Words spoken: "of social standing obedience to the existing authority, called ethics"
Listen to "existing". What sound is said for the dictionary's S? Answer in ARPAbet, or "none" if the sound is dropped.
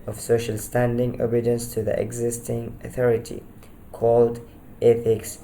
S